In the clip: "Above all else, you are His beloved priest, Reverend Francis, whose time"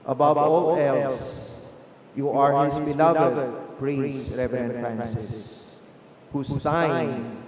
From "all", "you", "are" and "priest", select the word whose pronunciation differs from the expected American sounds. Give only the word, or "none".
priest